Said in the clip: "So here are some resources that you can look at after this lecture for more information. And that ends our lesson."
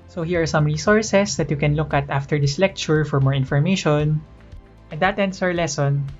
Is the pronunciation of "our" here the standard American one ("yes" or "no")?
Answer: no